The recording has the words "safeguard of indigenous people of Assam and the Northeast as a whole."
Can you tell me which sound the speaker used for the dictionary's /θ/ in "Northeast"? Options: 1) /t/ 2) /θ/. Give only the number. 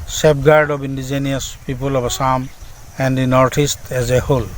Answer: 1